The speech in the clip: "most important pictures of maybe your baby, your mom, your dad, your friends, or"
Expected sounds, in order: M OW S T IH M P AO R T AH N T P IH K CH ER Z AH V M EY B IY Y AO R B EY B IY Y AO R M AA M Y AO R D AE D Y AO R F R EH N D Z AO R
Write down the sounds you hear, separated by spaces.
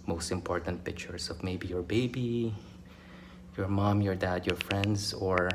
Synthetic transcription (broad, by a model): M OW S T IH M P AO R T AH N T P IH K CH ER S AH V M EY B IY Y AO R B EY B IY Y AO R M AA M Y AO R D AE D Y AO R F R EH N D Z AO R